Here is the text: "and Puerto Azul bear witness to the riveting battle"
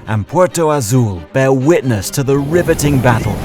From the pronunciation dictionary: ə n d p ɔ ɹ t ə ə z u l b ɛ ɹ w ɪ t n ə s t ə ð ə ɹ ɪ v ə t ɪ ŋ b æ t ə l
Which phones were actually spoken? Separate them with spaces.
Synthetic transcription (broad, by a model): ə n p ɔ ɹ t ə ə z u l b ɛ ɹ w ɪ t n ə s t ə ð ə ɹ ɪ v ə t ɪ ŋ b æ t l